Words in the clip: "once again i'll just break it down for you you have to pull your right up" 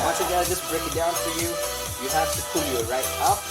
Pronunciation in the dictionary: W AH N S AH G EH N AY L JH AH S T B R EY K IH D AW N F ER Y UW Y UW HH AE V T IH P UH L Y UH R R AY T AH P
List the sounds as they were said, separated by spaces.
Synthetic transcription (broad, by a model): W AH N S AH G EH AY JH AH S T B R EY K IH D AW N F ER Y UW Y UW HH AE F T IH P UH L Y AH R R AY T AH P